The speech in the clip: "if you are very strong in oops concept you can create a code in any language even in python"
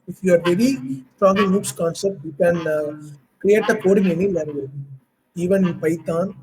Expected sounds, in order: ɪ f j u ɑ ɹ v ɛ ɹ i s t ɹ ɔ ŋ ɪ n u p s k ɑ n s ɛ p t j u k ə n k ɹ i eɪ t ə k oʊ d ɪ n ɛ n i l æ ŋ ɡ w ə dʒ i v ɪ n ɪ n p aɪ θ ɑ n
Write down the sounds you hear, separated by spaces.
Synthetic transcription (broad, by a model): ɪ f j u ɑ ɹ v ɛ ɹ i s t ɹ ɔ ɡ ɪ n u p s k ɑ n s ɛ p t j u k ə n k ɹ i eɪ t ə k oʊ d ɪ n ɛ n i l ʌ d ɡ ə i v ɪ n ɪ n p aɪ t ɑ n